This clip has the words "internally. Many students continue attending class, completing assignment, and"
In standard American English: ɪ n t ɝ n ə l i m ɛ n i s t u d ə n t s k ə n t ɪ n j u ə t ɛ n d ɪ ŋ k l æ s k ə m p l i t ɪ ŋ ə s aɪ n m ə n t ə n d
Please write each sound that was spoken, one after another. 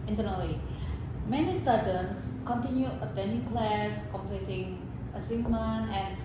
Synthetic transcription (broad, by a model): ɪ n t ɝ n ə l i m ɛ n i s t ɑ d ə n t s k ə n t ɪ n j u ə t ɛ n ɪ k l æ s k ə m p l i t ɪ ŋ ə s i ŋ m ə n ə n